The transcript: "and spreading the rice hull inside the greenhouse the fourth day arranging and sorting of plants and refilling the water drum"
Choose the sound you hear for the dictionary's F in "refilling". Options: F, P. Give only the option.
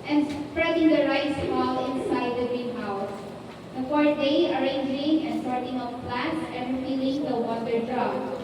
P